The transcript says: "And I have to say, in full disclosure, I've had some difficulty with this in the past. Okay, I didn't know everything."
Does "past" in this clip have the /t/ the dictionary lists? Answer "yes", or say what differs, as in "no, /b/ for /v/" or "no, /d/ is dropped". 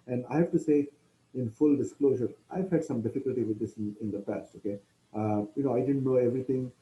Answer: yes